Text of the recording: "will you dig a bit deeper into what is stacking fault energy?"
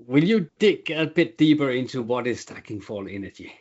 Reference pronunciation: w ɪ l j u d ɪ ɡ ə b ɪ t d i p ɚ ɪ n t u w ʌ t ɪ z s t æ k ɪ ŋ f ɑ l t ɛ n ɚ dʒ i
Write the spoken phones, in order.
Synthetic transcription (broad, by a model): w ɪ l j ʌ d ɪ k ə b ɪ t d i p ɚ ɪ n t u w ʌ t ɪ z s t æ k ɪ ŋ f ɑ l ɛ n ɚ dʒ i